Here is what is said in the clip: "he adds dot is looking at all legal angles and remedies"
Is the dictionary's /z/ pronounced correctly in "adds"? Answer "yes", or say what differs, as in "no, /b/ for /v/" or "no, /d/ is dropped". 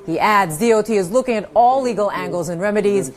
yes